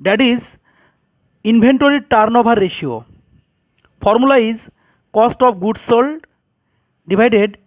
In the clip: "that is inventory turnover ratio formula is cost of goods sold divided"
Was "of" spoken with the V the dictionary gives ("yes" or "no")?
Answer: no